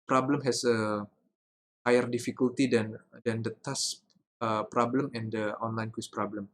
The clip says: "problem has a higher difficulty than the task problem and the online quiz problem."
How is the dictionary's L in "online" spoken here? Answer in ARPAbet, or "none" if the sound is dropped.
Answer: L